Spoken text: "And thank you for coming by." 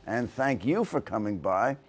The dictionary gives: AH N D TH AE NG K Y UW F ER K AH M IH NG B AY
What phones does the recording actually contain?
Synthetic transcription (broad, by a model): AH N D TH AE NG K Y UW F ER K AH M IH NG B AY